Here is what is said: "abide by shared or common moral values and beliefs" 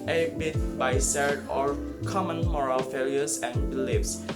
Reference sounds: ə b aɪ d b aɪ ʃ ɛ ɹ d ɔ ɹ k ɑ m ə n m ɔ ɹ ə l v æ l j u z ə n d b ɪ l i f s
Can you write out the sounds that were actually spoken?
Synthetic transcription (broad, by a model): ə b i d b aɪ s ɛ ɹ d ɔ ɹ k ɑ m ə n m ɔ ɹ ə l f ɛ l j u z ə n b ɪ l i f s